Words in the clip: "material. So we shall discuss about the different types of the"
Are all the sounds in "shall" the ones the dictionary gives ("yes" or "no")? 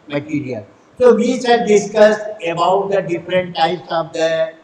no